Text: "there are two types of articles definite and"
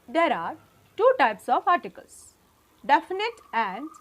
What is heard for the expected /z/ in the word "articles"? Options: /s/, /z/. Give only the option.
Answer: /s/